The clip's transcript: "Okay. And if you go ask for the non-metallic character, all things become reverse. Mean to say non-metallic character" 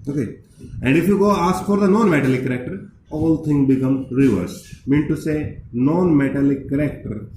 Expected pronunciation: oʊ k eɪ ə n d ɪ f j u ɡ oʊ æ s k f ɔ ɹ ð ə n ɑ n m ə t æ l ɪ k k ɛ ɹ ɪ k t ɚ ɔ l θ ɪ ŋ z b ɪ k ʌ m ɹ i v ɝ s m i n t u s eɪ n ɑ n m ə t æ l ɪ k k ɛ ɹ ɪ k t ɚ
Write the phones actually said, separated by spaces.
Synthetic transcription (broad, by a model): oʊ k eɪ ə n d ɪ f j u ɡ oʊ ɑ s k f ɔ ɹ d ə n ɑ n m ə t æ l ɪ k k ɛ ɹ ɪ k t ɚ ɔ l t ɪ ŋ b ɪ k ʌ m ɹ i v ɝ s m i n t u s eɪ n ɑ n m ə t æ l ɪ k k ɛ ɹ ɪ k t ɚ